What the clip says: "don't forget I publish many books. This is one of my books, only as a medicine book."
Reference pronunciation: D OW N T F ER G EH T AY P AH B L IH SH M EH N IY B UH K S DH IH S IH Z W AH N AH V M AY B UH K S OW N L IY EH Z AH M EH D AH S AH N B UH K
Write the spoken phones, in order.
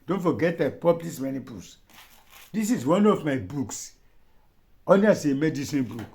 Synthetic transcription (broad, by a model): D OW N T F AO G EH T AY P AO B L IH S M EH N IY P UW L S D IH S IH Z W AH N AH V M AY B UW K S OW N IY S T AH M EH D AH S AH N B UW K